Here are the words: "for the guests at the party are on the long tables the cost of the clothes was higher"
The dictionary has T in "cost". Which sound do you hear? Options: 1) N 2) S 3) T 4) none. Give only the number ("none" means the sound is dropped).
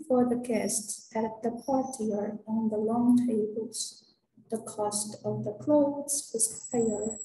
3